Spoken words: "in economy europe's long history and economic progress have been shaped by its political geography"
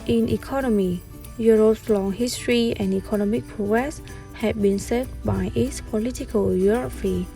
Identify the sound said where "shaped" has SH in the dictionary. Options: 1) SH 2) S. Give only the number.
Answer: 2